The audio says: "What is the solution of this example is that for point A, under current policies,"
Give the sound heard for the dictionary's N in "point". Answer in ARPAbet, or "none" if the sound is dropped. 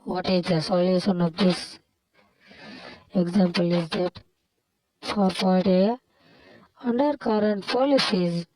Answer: none